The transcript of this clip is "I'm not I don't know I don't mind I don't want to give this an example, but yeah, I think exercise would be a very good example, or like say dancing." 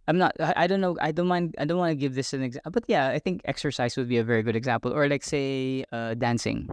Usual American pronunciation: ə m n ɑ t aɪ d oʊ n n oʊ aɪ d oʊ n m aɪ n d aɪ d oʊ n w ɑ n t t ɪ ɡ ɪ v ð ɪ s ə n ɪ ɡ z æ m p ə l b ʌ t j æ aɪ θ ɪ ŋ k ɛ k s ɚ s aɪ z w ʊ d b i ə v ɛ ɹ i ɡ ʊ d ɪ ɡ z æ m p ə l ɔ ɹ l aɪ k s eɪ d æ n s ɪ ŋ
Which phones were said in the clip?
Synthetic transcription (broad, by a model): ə m n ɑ t aɪ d oʊ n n oʊ aɪ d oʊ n m aɪ n d aɪ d oʊ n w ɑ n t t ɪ ɡ ɪ v ð ɪ s ə n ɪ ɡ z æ b ʌ t j æ aɪ θ ɪ ŋ k ɛ k s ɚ s aɪ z w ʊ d b i ə v ɛ ɹ i ɡ ʊ d ɪ ɡ z æ m p ə l ɔ ɹ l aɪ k s eɪ d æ n s ɪ ŋ